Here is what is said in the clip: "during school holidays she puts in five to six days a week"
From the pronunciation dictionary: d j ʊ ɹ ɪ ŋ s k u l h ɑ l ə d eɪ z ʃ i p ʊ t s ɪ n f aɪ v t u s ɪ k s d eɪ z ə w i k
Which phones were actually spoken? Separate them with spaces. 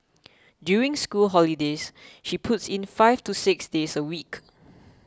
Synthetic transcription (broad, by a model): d j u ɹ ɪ ŋ s k u l h ɑ l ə d eɪ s ʃ i p ʊ t s ɪ n f aɪ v t u s ɪ k s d eɪ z ə w i k